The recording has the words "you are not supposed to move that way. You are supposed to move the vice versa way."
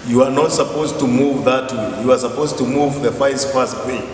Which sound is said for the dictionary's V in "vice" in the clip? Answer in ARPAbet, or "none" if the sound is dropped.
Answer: F